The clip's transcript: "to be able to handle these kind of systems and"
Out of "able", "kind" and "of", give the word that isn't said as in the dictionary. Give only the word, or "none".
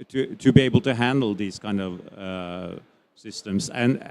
none